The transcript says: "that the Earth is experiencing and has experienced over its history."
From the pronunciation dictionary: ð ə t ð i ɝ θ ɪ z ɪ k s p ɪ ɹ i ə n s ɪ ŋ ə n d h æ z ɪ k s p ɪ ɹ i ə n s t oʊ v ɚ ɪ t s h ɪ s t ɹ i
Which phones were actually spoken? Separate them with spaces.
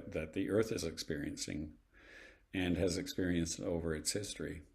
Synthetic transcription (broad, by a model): ð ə t ð i ɝ θ ɪ z ɪ k s p ɪ ɹ i ə n s ɪ ŋ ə n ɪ z ɪ k s p ɪ ɹ i ə n s t oʊ v ɚ ɪ t s h ɪ s t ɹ i